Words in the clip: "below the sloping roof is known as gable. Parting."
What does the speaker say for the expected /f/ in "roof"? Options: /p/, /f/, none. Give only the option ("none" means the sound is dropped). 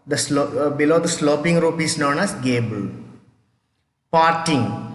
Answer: /p/